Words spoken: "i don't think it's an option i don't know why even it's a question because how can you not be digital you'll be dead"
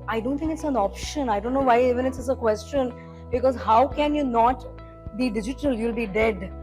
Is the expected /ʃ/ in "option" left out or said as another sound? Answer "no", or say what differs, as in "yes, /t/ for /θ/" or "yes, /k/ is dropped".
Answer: no